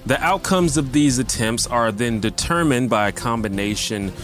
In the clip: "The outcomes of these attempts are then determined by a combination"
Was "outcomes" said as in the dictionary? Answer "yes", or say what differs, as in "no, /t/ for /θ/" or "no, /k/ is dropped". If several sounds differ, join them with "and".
yes